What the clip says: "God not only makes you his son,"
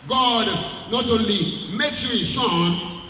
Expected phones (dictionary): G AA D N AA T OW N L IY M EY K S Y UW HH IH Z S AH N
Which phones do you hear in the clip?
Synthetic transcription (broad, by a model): G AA D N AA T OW L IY M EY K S Y UW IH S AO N